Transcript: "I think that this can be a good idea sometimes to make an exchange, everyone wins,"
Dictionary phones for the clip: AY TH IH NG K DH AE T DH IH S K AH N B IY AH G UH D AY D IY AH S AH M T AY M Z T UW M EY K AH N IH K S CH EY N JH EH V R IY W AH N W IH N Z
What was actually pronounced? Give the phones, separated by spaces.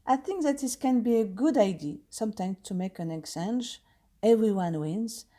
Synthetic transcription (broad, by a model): AY TH IH NG K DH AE T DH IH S K AH N B IY AH G UH D AY D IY S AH M T AY M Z T UW M EY K AH N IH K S EY N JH EH V R IY W AH N W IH N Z